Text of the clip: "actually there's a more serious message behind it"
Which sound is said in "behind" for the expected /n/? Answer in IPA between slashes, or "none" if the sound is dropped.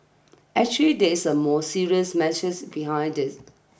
/n/